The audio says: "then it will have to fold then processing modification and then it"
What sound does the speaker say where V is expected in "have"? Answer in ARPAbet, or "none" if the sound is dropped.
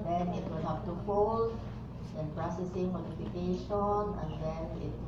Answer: P